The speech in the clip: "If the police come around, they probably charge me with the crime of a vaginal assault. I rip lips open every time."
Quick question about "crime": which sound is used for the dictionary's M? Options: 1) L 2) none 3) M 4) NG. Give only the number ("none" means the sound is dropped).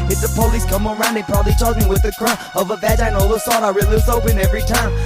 2